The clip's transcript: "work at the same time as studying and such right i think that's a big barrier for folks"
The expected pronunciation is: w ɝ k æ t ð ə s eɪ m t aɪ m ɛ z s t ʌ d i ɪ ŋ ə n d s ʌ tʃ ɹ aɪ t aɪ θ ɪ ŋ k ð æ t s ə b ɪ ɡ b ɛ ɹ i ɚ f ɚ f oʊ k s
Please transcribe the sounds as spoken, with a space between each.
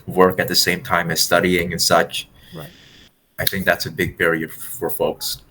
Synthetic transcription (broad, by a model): w ɝ k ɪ t ð ə s eɪ m t aɪ m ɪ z s t ʌ d i ɪ ŋ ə n s ʌ tʃ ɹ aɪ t aɪ θ ɪ ŋ k ð æ t s ə b ɪ ɡ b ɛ ɹ i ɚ f ɚ f oʊ k s